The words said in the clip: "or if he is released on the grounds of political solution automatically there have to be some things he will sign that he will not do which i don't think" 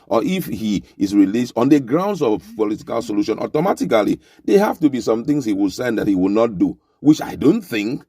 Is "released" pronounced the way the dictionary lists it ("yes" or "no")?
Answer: yes